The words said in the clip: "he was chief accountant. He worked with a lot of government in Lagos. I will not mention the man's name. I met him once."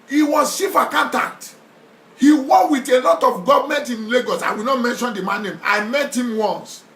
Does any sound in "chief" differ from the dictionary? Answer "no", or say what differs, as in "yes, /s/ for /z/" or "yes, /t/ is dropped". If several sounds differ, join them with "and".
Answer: yes, /ʃ/ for /tʃ/